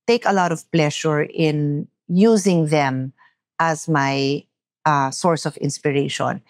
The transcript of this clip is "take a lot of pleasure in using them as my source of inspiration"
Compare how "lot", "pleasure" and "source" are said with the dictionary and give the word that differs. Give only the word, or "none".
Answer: pleasure